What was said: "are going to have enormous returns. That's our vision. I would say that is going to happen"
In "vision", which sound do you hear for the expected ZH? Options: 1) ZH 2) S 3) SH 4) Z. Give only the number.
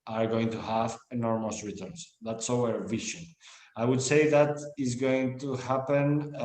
3